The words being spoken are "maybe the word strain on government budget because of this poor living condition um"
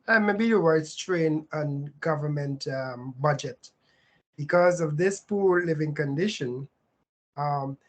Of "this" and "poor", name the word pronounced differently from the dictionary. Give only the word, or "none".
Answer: none